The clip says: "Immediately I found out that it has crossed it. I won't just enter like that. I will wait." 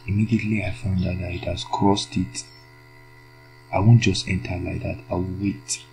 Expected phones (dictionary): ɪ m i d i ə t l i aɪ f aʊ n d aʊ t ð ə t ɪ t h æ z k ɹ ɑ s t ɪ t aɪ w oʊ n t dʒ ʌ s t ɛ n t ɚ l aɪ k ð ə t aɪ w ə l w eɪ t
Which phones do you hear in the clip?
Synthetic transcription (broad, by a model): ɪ m i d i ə t l i aɪ f aʊ n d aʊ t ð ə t ɪ t h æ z k ɹ ɑ s t ɪ t aɪ w oʊ n t dʒ ʌ s t ɛ n t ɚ l aɪ k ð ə t aɪ w ə l w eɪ t